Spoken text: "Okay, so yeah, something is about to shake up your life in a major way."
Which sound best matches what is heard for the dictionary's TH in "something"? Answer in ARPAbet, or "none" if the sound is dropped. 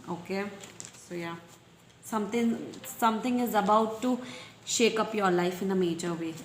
S